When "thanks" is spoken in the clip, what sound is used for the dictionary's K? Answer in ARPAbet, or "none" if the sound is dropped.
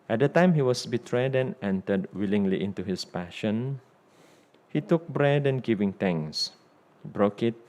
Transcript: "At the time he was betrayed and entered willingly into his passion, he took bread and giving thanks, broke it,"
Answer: none